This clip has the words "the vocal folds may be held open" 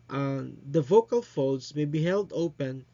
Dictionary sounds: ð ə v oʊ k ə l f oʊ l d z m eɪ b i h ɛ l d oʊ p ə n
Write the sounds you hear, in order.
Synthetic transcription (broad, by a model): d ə v oʊ k ə l f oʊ d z m eɪ b i h ɛ l d oʊ p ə n